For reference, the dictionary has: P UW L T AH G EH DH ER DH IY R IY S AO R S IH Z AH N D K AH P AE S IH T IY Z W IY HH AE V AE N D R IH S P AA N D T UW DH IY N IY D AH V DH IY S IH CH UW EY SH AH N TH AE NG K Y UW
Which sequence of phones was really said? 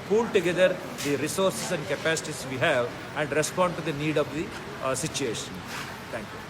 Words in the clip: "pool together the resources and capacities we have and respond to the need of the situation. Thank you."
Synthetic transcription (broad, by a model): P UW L T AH G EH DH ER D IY R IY S AO R S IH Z AH N D K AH P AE S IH T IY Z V IY HH AE V AE N D R IH S P AA N D T UW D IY N IY D AH V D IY S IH CH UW EY SH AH N T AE NG K Y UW